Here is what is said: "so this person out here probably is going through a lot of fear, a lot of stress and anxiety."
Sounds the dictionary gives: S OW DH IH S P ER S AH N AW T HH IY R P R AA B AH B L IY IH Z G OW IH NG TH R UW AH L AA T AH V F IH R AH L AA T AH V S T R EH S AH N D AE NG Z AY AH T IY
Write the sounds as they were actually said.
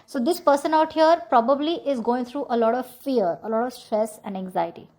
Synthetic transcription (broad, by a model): S OW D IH S P ER S AH N AW T HH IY R P R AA B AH B L IY IH Z G OW IH NG T R UW AH L AA T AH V F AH R AH L AA T AH V S T R EH S AH N D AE NG Z AY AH T IY